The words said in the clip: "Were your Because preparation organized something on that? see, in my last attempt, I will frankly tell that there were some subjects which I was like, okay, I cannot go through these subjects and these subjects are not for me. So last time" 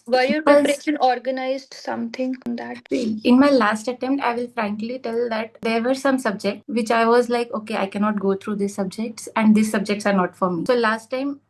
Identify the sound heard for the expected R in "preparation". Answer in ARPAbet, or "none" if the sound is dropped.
none